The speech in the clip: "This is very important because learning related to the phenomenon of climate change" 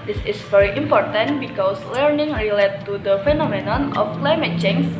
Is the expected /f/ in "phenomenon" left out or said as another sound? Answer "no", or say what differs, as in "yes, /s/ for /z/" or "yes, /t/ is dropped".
no